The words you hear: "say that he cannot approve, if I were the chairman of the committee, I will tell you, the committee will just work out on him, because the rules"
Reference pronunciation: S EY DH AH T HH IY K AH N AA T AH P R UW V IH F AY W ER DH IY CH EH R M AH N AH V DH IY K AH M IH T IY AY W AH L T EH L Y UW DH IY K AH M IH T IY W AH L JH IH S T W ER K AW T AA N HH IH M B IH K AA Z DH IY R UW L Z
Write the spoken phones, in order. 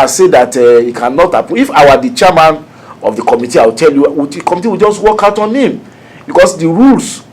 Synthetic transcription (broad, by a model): S EY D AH T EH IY K AH N AA T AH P UW IH F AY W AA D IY CH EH M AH N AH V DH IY K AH M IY T IY AY W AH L T EH L Y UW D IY K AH M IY T IY W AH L JH IH S T W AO K AW T AA N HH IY M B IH K AA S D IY R UW L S